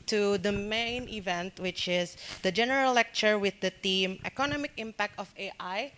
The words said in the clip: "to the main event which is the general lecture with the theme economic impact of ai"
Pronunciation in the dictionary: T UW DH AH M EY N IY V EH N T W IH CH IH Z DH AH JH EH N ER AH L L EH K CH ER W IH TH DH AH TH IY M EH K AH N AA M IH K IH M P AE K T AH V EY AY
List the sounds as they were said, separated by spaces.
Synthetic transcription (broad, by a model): T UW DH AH M EY N IY V EH N T W IH CH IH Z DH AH JH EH N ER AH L L EH K CH ER W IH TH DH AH T IY M EH K AH N AA M IH K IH M P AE K T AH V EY AY